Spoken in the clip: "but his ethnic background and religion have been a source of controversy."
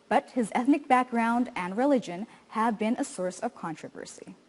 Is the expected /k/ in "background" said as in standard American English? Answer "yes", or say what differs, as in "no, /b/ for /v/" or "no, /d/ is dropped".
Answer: yes